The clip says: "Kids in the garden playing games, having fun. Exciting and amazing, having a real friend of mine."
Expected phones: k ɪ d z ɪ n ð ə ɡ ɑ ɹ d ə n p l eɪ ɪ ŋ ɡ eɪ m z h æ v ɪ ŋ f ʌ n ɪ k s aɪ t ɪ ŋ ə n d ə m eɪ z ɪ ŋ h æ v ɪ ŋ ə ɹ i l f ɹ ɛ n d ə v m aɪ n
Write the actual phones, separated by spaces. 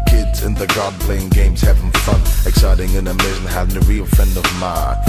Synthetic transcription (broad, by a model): k ɪ d z ɪ n ð ə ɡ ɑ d p l eɪ ɪ ŋ ɡ eɪ m z h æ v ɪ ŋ f ʌ n ɪ k s aɪ t ɪ ŋ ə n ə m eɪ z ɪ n h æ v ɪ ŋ ə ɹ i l f ɛ n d ə v m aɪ